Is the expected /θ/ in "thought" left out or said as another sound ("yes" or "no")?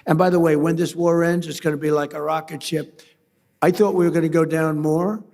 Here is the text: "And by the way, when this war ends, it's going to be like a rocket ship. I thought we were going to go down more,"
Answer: no